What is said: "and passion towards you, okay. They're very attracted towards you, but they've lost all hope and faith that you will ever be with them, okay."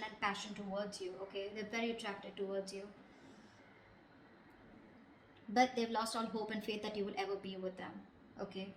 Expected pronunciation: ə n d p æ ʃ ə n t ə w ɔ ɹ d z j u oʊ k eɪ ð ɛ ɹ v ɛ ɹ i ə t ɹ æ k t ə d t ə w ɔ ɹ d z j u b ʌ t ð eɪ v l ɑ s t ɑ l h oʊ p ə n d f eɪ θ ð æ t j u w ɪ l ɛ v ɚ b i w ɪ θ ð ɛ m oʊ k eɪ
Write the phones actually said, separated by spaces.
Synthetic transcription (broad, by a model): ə n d p æ ʃ ə n t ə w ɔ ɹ d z j u oʊ k eɪ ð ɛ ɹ v ɛ ɹ i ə t ɹ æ k t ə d t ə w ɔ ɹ d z j u b ʌ t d eɪ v l ɑ s t ɑ l h oʊ p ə n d f eɪ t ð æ t j u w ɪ l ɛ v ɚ b i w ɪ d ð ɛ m oʊ k eɪ